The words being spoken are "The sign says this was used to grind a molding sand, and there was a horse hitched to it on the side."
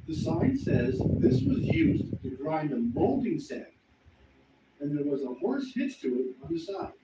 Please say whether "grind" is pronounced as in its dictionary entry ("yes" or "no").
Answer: no